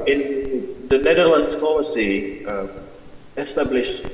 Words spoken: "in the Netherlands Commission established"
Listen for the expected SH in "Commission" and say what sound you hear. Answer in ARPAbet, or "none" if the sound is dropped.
S